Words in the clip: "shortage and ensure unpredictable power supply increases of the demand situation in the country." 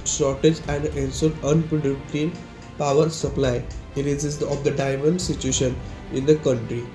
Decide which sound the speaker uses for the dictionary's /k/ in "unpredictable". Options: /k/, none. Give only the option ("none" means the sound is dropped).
none